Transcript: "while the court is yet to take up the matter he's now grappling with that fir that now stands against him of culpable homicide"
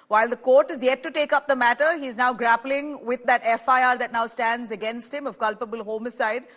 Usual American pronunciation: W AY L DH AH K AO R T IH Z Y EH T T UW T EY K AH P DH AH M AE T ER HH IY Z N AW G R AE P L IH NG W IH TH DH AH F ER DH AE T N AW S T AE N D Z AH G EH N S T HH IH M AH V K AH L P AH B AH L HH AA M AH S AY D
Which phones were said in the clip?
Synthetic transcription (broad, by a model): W AY L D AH K AO R T IH Z Y EH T T UW T EY K AH P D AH M AE T ER HH IY Z N AW G R AE P L IH NG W IH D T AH F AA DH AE T N AW S T AE N D Z AH G EH N S T HH IH M AH V K AH L P AH B AH L HH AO M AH S AY D